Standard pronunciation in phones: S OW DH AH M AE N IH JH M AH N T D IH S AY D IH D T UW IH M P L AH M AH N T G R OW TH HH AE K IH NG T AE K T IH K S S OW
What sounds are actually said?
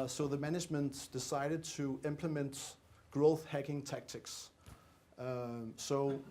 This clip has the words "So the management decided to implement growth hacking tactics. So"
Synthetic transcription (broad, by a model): S OW DH AH M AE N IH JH M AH N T D IH S AY D IH D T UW IH M P L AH M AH N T G R OW TH HH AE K IH NG T AE K T IH K S S OW